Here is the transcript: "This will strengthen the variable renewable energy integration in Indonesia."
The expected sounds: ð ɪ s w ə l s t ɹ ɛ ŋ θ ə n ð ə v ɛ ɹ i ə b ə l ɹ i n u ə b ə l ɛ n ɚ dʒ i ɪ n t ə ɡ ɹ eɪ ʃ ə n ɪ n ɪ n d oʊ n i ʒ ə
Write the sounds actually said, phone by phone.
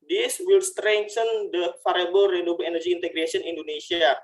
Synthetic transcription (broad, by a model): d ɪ s w ə l s t ɹ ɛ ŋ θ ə n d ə f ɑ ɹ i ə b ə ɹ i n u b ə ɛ n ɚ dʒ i n t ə ɡ ɹ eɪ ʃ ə ɪ n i n d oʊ n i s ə